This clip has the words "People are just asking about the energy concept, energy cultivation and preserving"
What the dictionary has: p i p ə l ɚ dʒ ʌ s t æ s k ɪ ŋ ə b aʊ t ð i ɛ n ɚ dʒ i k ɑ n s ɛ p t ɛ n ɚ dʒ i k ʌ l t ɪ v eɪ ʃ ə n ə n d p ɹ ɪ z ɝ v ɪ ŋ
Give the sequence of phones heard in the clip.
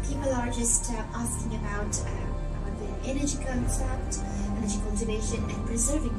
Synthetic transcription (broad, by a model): p i p l ɚ dʒ ʌ s t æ s k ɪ ŋ ə b aʊ t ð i ɛ n ɚ dʒ i k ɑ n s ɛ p t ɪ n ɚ dʒ i k ʌ l t ɪ v eɪ ʃ ə n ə n p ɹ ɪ z ɝ v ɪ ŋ